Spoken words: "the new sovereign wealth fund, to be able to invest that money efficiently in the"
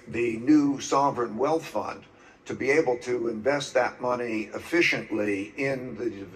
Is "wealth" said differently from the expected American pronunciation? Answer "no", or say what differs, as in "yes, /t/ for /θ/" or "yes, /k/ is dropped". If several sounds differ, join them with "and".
no